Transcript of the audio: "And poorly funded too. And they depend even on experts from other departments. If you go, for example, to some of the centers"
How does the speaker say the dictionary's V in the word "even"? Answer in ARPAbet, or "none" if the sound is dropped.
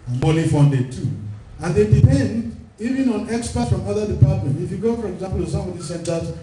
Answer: V